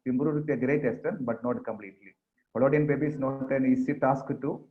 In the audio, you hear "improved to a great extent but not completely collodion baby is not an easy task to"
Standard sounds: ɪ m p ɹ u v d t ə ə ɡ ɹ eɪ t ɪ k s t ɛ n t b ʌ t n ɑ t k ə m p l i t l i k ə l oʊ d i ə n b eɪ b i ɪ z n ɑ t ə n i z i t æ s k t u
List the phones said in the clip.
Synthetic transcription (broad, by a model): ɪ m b ɹ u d t ə ə ɡ ɹ eɪ t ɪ s t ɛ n b ʌ t n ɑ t k ə m p l i t l i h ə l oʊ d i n b eɪ b i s n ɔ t ə n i s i t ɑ s k t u